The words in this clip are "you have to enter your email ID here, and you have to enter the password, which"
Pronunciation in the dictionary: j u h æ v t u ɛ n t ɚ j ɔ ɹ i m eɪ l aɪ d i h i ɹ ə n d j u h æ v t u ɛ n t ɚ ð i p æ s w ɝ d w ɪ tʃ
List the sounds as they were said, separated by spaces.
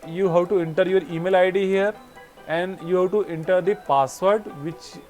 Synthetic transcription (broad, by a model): j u h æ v t u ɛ n t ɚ j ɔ ɹ i m eɪ l aɪ d i h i ɹ ə n d j u h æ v t u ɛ n t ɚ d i p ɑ s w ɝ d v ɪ tʃ